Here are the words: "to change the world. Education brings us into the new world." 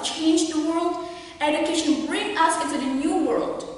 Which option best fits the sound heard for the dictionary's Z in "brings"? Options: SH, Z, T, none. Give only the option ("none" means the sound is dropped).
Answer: none